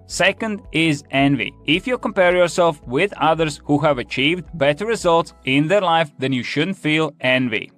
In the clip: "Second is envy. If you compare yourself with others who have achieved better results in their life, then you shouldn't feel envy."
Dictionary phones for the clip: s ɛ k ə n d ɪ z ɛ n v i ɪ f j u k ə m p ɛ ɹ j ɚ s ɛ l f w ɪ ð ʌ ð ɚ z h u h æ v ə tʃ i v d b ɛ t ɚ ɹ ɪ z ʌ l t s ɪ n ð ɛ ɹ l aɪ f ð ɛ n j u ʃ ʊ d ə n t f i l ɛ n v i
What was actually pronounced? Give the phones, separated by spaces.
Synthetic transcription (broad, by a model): s ɛ k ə n d ɪ z ɛ n v i ɪ f j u k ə m p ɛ ɹ j ɚ s ɛ l f w ɪ ð ʌ ð ɚ z h u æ v ə tʃ i v d b ɛ t ɚ ɹ ɪ z ʌ l t s ɪ n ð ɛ ɹ l aɪ f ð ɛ n j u ʃ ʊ d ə n t f i l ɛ n v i